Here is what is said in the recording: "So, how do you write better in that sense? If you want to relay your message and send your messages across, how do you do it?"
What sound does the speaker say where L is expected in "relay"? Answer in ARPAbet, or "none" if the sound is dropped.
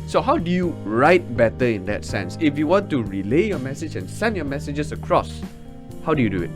L